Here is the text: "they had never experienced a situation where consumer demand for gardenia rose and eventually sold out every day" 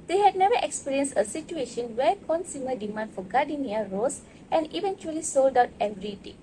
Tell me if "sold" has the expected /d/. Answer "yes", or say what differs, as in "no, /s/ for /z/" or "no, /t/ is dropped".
yes